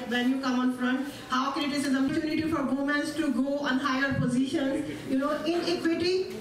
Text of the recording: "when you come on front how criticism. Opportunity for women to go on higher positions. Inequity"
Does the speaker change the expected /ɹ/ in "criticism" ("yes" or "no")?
yes